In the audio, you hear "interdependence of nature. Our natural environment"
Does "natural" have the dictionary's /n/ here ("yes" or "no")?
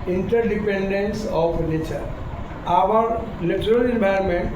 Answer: no